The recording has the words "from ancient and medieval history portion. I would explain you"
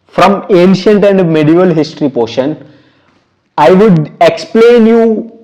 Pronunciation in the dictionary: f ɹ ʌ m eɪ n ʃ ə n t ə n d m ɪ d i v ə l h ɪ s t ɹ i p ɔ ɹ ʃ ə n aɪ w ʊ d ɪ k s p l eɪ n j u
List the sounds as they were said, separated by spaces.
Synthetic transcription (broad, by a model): f ɹ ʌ m eɪ n ʃ ə n t ə n d m ɪ d i v ə l h ɪ s t ɹ i p ɔ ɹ ʃ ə n aɪ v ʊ d ɪ k s p l eɪ n j u